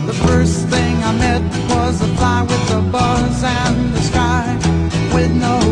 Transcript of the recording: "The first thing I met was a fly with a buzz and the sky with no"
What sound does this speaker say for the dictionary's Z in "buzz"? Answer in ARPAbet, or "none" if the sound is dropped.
Z